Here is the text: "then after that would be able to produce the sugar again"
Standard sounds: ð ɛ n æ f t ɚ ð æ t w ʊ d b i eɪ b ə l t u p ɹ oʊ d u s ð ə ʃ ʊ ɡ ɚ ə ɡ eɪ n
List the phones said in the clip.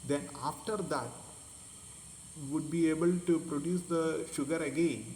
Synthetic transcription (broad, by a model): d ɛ n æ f t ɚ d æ t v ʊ d b i eɪ b ə l t u p ɹ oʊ d u s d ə ʃ ʊ ɡ ɚ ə ɡ eɪ n